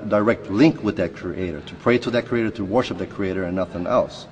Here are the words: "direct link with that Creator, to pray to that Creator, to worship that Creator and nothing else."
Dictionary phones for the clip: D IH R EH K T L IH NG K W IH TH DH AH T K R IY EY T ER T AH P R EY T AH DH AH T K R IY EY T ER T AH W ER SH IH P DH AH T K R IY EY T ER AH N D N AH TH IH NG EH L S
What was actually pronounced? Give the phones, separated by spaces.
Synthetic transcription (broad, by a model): D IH R EH K T L IH NG K W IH DH AH T K R IY EY T ER T AH P R EY T AH DH AH T K R IY EY T ER T AH W ER SH IH P DH AH T K R IY EY T ER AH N N AH TH IH NG EH L S